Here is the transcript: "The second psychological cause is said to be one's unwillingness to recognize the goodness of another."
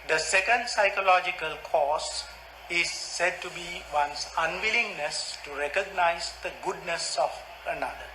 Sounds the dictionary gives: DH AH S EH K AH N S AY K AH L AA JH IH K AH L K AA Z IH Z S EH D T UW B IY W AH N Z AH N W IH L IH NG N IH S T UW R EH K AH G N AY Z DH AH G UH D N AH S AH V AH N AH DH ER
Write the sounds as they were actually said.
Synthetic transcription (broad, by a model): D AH S EH K AH N S AY K AH L AA JH IH K AH L K AA S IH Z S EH D T UW B IY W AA N S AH N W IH L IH NG N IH S T UW R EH K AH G N AY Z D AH G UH D N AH S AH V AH N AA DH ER